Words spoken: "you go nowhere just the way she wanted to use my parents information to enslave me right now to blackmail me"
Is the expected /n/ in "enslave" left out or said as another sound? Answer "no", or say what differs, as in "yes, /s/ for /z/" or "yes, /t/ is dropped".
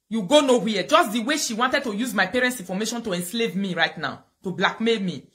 no